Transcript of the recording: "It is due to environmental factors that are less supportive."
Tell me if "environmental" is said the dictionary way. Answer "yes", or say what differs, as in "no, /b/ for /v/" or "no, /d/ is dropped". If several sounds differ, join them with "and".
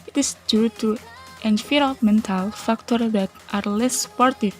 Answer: no, /f/ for /v/